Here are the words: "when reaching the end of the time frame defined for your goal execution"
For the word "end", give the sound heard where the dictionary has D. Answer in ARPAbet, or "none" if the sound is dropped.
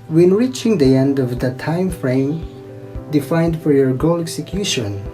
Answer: D